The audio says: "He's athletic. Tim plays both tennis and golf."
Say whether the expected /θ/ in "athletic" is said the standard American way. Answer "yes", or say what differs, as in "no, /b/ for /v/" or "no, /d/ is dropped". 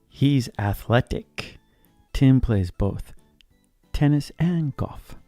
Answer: yes